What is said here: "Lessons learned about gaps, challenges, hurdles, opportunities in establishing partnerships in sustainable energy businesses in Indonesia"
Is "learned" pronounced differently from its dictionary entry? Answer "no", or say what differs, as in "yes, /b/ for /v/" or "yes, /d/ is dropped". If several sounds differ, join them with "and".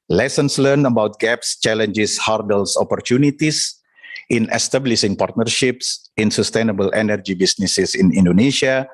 yes, /d/ is dropped